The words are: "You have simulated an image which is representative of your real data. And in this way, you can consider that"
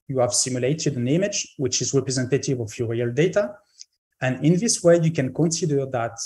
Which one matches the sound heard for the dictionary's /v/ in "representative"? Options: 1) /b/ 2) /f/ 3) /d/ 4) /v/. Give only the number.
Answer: 4